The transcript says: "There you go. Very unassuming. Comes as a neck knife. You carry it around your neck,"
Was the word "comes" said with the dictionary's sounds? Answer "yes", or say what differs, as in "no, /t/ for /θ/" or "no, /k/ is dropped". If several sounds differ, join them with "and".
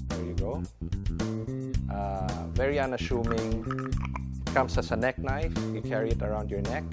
no, /s/ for /z/